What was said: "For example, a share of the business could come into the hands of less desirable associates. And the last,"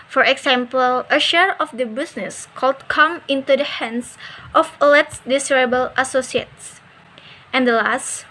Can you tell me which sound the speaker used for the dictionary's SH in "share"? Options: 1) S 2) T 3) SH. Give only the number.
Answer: 3